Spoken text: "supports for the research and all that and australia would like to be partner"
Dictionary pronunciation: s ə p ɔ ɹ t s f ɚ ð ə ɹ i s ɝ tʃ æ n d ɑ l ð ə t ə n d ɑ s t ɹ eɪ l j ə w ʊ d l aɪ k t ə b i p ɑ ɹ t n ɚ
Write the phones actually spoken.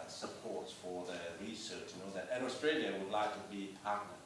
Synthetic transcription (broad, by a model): s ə p ɔ ɹ t s f ɚ ð ə ɹ i s ɝ tʃ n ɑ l ð ə t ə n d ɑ s t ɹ eɪ l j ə w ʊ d l aɪ k t ə b i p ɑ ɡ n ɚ